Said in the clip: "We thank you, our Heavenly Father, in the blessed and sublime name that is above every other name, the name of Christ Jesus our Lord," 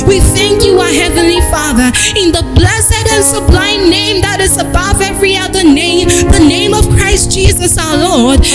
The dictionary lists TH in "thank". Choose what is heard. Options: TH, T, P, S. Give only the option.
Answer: TH